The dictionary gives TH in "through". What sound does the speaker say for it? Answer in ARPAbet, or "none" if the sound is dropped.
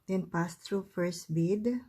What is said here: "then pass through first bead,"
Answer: T